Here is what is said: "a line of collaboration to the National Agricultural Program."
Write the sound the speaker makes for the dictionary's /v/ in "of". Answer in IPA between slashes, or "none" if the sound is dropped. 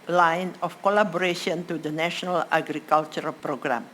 /f/